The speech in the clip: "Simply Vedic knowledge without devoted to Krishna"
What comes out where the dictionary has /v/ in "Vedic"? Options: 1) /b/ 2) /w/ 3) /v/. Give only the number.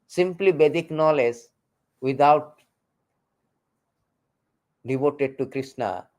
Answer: 1